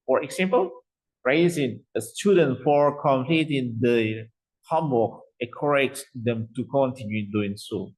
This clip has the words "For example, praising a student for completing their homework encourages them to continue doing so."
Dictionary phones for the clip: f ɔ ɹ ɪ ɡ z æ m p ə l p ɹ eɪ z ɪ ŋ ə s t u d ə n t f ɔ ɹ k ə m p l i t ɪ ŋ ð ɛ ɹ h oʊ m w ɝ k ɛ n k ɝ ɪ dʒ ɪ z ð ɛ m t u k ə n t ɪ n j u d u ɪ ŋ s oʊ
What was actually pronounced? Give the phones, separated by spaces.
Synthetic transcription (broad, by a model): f ɔ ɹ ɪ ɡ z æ m p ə l ɹ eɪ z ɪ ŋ ə s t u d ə n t f ɔ ɹ k ə m p l i t ɪ ŋ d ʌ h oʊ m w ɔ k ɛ k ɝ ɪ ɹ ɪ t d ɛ m t u k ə n t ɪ n j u d u ɪ ŋ s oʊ